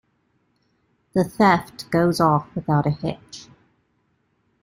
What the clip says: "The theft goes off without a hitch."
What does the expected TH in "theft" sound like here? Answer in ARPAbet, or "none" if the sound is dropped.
TH